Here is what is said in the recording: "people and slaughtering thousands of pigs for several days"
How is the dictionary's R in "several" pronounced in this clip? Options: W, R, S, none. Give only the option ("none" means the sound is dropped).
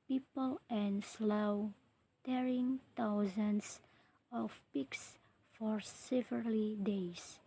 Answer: none